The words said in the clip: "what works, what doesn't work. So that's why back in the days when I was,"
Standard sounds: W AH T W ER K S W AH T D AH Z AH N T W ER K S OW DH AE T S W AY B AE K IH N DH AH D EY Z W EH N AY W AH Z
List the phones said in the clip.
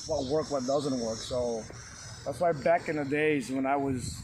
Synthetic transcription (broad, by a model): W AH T W ER K W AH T D AH Z AH N T W ER K S OW DH AE T S W AY B AE K IH N DH AH D EY Z W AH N AY W AH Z